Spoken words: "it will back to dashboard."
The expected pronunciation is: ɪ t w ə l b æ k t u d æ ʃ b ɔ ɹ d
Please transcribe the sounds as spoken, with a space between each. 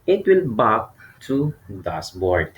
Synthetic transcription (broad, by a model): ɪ t w ə l b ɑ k t u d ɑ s b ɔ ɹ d